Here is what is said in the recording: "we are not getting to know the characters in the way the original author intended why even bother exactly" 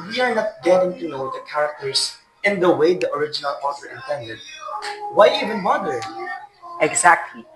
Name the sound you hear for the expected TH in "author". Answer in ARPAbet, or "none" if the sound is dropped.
F